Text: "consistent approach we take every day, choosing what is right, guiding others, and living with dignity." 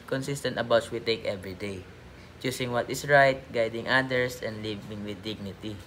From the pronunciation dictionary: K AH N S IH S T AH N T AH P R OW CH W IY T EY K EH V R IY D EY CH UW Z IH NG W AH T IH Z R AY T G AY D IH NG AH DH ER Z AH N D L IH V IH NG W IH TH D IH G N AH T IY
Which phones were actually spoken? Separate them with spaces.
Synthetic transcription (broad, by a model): K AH N S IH S T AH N T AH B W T S W IY T EY K EH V R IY D EY CH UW S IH NG W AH T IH S R AY T G AY D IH NG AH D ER S AH N D L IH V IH NG W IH D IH G N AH T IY